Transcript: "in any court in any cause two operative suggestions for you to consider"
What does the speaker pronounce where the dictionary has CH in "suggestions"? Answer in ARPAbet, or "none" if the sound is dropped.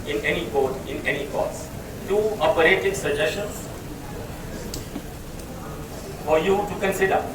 SH